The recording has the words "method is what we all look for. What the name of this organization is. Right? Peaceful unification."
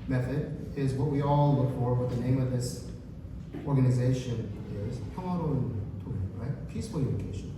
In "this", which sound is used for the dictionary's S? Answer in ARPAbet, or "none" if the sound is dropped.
S